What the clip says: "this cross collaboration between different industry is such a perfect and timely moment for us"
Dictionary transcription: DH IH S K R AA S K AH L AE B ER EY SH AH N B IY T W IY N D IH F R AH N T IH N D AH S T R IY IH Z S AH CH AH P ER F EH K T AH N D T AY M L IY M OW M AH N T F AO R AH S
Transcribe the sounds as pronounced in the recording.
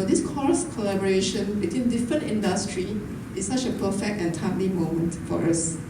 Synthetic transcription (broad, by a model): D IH S K AA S K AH L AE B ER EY SH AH N B IY T W IY N D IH F R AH N T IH N D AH S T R IY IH S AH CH AH P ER F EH K T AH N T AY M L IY M OW M AH N T F AO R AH S